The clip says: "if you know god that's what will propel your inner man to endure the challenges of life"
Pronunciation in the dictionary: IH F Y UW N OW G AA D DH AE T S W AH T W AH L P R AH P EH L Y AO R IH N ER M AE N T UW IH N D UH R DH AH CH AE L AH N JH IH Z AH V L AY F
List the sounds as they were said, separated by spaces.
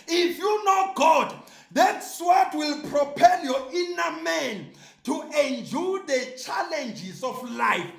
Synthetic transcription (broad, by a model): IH F Y UW N OW G AA D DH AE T S W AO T W AH L P R AH P EH L Y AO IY N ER M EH N T UW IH N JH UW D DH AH CH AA L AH N JH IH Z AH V L AY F